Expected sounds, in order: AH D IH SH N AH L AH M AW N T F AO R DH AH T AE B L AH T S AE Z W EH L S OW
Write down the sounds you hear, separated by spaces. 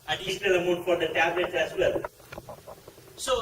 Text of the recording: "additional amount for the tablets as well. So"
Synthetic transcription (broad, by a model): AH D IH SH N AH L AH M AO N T F AO R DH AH T AE B L AH T S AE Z W EH L S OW